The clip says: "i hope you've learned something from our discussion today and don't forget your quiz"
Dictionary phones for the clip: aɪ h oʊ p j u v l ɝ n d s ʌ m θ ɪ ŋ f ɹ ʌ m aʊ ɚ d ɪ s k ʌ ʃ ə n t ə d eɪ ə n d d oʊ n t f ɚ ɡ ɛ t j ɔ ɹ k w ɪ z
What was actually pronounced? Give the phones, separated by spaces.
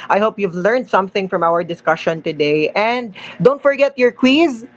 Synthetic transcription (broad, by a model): aɪ h oʊ p j u v l ɝ n d s ʌ m θ ɪ ŋ f ɹ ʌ m aʊ ɚ d ɪ s k ʌ ʃ ə n t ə d eɪ ə n d d oʊ n t f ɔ ɡ ɛ t j ɔ ɹ k w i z